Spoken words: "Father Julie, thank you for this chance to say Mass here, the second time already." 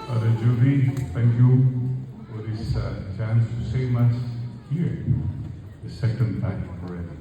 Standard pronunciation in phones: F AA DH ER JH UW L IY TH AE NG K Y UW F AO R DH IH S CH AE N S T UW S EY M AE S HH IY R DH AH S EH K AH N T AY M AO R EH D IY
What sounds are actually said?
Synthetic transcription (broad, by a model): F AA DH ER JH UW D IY T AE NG K Y UW F AO R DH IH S CH AE N S T UW S EY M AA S HH IY R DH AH S EH K AH N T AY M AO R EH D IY